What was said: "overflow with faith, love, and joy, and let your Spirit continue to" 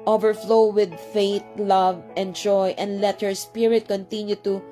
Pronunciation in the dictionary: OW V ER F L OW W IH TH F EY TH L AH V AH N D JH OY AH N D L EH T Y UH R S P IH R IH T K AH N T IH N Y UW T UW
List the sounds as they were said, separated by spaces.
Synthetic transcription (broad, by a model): OW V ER F L OW W IH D F EY T L AH V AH N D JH OY AH N D L EH T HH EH R S P IH R IH T K AH N T IH N Y UW T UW